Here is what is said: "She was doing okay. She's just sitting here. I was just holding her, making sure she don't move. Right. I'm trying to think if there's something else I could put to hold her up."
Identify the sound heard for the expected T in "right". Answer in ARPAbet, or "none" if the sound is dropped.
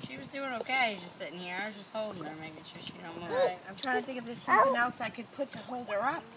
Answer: none